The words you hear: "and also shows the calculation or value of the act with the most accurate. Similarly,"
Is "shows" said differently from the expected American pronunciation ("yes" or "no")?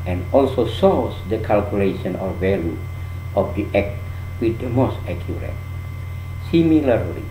yes